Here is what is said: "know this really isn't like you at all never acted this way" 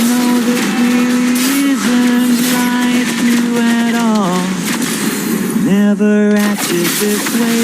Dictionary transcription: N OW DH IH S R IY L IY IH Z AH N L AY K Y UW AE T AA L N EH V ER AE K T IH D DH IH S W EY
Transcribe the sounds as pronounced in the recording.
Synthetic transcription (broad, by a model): N OW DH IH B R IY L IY IH Z AH N L AY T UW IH T AA L N EH V ER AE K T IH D DH IH S W EY